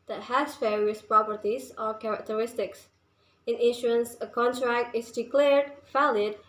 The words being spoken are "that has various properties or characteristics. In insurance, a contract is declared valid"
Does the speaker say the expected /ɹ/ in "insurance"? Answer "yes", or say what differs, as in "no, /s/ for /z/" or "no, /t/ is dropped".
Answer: no, /ɹ/ is dropped